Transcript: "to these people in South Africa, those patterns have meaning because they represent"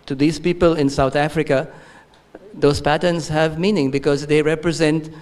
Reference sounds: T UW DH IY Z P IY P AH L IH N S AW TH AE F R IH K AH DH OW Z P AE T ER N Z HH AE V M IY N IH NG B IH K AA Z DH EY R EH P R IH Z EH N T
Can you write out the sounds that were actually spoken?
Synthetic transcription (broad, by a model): T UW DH IY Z P IY P AH L IH N S AW T AE F R IH K AH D OW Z P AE T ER N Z HH AE V M IY N IH NG B IH K AA Z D EY R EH P R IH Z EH N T